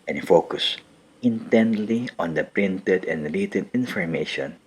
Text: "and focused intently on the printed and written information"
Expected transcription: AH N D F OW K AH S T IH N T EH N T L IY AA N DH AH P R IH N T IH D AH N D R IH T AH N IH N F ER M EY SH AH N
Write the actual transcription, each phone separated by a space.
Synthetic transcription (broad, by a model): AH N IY F OW K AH S IH N T EH N T L IY AA N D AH P R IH N T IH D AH N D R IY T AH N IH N F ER M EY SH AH N